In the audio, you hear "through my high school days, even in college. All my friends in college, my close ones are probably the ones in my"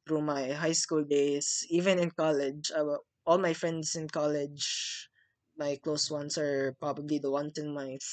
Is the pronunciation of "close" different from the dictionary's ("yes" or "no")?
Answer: no